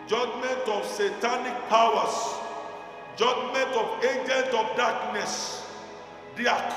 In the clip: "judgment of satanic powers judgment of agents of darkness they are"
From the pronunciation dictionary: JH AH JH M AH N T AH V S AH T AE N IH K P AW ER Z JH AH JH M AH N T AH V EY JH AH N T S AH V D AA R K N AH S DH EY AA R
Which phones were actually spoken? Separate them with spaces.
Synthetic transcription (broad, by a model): JH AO JH M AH N T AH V S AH T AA N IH K P AW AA S JH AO JH M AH N T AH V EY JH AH N T AH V D AA K N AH S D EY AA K